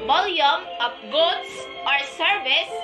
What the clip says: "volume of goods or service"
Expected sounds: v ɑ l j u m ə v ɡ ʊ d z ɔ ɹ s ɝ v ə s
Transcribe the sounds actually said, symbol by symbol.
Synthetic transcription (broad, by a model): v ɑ l j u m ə p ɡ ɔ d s ɔ ɹ s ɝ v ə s